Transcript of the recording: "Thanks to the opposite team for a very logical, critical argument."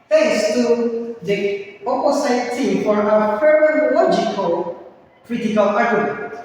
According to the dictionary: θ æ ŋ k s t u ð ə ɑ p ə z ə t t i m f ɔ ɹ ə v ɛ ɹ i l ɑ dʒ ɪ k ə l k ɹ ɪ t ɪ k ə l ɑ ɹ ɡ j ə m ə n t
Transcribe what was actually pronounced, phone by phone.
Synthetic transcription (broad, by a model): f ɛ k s t u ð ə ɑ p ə s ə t t i m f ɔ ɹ ə p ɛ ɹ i l ɑ dʒ ɪ k ə l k ɹ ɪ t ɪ k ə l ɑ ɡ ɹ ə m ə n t